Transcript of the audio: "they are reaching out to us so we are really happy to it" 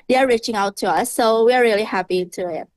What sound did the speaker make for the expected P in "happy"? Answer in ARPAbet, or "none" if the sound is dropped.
P